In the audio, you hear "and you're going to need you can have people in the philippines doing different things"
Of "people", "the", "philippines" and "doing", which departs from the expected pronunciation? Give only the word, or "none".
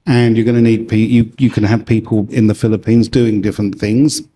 none